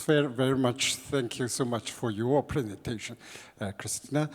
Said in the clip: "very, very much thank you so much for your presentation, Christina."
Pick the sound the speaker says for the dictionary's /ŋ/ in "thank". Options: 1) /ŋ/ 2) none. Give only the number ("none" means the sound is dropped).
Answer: 1